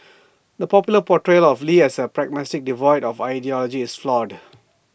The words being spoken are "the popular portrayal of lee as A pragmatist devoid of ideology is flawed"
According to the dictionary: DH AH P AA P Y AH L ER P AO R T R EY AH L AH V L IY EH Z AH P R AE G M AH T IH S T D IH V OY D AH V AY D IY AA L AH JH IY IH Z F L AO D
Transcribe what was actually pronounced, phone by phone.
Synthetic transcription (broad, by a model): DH AH P AA P Y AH L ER P AO T R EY L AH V L IY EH S AH P R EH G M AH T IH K D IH V OY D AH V AY D IY AA L AH JH IY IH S F L AO D